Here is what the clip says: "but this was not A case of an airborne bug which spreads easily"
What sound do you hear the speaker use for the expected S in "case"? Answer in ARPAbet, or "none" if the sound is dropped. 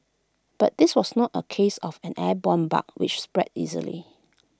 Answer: S